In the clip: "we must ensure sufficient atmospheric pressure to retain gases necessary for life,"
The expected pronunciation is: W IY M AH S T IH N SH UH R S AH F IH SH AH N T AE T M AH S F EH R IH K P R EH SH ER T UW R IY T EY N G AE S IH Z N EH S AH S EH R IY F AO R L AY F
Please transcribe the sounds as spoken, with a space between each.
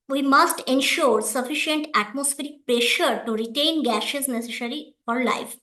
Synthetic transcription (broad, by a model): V IY M AH S T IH N SH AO R S AH F IH SH AH N T AE T M AH S F EH R IH K P R EH SH ER T UW R IY T EY N G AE SH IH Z N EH S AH S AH R IY F AO R L AY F